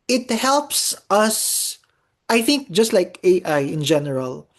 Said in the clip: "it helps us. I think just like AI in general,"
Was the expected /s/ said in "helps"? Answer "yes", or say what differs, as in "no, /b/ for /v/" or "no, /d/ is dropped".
yes